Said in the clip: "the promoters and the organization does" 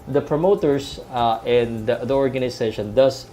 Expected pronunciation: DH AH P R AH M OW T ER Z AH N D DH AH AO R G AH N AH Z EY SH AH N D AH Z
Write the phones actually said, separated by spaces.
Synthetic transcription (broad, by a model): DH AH P R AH M OW T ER S AH N D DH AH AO R G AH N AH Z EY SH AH N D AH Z